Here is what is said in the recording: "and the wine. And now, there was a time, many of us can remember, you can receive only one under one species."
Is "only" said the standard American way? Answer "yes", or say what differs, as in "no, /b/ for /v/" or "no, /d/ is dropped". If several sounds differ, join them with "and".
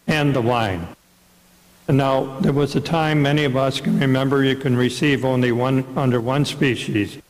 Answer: yes